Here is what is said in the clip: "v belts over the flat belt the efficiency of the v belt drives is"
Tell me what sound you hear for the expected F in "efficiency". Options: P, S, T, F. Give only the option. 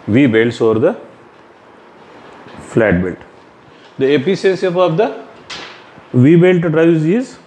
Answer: P